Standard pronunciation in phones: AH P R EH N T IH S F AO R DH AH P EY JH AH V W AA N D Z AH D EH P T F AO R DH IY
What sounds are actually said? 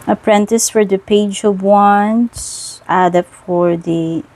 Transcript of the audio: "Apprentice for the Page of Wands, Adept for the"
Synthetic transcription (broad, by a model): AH P R EH N T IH S F AO R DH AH P EY JH AH V W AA N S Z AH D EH T F AO R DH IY